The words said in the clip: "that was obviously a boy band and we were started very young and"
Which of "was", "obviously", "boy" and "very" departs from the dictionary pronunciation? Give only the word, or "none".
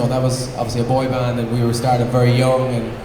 none